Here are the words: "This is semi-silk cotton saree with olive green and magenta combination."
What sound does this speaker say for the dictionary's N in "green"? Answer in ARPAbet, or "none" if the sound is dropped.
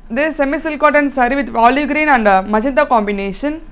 N